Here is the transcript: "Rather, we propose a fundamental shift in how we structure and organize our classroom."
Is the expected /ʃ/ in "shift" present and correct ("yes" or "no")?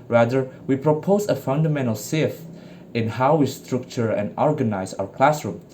no